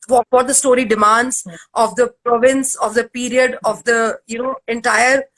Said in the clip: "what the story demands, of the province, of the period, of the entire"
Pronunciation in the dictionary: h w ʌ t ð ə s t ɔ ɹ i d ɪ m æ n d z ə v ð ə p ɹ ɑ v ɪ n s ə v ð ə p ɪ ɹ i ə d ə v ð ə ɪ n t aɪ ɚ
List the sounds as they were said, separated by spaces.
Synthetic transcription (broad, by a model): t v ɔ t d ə s t ɔ ɹ i d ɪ m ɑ n d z ə v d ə p ɹ ɑ v ɪ n s ə v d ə p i ɹ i ə d ə v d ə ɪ n t aɪ ɚ